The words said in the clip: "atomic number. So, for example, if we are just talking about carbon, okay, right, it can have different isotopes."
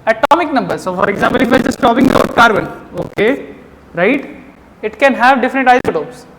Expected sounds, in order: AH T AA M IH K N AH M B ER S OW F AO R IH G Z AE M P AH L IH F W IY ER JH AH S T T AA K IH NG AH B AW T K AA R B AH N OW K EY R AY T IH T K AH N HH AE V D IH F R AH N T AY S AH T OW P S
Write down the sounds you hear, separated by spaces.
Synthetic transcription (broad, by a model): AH T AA M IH K N AH M B ER S OW F AO R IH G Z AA M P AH L IH F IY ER JH AH S T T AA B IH NG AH AO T K AA R B AH N OW K EY R AY T IH T K AH N HH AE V D IH F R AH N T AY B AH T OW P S